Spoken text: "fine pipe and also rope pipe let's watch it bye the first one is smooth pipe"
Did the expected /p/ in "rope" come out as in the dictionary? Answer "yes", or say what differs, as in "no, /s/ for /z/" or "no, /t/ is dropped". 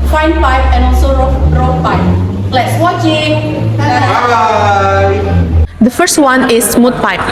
no, /f/ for /p/